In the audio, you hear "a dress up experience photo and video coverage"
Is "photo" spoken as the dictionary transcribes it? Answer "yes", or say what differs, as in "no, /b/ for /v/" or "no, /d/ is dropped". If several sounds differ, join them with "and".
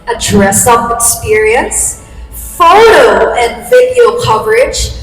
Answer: yes